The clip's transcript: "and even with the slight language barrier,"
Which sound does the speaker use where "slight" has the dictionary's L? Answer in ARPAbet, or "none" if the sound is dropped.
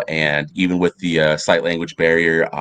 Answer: none